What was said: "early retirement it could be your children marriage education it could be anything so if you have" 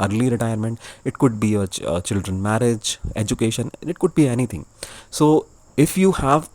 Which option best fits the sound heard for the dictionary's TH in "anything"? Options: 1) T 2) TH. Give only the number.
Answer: 1